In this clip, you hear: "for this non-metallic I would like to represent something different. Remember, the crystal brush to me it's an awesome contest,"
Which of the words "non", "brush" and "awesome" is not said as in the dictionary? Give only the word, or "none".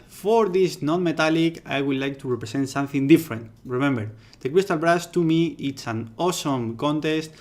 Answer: brush